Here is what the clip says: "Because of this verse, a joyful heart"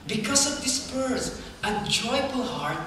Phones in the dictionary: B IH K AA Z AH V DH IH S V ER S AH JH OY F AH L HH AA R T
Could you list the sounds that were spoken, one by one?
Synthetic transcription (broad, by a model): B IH K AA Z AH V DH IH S P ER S AH JH OY F AH L HH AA R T